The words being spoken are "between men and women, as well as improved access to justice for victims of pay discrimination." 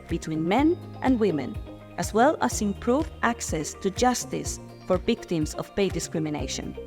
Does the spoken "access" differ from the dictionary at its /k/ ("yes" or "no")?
no